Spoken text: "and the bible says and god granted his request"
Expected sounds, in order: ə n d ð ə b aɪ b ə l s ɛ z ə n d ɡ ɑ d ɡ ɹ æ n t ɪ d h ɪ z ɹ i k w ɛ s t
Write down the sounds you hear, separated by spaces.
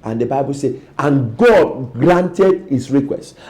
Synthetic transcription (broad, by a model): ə n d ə b aɪ b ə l s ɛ ə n ɡ ɑ d ɡ ɹ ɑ n t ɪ d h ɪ s ɹ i k w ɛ s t